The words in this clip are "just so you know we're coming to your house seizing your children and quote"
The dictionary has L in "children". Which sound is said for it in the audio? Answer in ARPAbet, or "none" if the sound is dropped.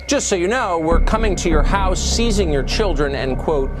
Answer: L